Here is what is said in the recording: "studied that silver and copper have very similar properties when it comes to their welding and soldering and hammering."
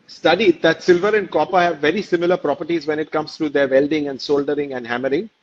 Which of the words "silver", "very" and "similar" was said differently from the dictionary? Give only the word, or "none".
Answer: none